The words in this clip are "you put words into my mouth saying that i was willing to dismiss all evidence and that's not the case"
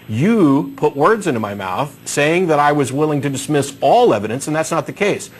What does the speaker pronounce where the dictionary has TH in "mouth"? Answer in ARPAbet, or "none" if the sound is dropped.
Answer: TH